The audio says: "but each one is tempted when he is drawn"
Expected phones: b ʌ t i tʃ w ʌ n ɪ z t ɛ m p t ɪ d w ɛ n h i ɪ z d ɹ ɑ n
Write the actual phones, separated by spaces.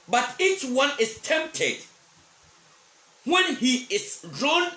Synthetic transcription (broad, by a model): b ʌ t i tʃ w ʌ n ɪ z t ɛ m p t ɪ d w ɛ n h i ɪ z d ɹ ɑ n